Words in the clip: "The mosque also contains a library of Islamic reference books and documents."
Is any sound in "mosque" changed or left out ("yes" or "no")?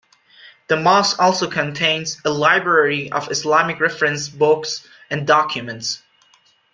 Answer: yes